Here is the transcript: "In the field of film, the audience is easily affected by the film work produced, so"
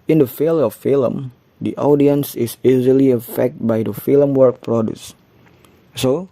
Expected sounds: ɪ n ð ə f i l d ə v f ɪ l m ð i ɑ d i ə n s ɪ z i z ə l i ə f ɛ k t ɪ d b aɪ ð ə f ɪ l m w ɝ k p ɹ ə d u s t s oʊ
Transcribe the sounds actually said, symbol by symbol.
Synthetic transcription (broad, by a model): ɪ n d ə f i l ə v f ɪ l m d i ɑ d i ə n s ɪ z i z ə l i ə f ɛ k t b aɪ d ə f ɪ l m w ɝ k p ɹ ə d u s s oʊ